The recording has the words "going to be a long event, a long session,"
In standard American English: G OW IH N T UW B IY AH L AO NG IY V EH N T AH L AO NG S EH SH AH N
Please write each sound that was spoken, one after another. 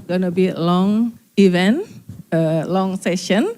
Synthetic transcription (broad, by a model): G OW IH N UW B IY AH L AO NG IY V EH N AH L AO NG S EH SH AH N